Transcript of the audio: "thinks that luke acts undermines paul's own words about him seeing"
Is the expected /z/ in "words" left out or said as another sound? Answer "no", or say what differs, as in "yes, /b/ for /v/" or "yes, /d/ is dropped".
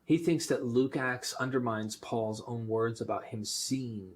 no